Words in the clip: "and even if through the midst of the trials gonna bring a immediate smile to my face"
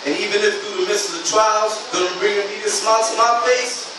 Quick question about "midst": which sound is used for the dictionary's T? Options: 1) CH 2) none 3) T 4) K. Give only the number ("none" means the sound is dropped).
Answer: 2